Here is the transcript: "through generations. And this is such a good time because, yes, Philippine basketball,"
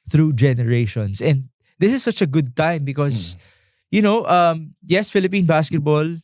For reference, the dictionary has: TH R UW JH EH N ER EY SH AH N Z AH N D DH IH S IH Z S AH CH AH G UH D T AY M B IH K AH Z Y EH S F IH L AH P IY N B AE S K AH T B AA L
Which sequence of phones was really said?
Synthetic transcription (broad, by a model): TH R UW JH EH N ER EY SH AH N S AH N D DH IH S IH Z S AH CH AH G UH D T AY M B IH K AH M Y EH S F IH L AH P IY N B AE S K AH T B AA L